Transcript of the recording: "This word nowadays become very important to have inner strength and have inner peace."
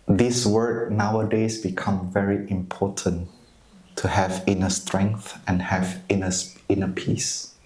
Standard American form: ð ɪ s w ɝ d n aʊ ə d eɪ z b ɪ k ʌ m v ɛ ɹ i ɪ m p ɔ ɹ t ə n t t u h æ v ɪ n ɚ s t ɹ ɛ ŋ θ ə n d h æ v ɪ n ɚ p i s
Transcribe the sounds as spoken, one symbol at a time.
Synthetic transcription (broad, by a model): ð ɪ s w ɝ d n aʊ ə d eɪ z b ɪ k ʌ m v ɛ ɹ i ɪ m p ɔ t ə n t t u h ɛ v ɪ n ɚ s t ɹ ɛ ŋ θ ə n h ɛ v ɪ n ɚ p i s